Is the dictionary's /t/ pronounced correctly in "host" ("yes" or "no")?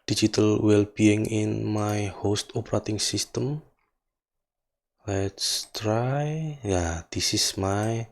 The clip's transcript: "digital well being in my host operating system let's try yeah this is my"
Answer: yes